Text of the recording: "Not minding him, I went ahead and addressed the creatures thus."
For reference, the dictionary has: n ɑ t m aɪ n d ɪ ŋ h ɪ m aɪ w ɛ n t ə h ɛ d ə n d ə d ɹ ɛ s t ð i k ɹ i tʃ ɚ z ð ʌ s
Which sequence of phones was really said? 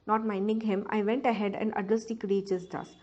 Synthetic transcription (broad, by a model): n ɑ t m aɪ n d ɪ ŋ h ɪ m aɪ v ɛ n t ə h ɛ d ə n d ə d ʌ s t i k ɹ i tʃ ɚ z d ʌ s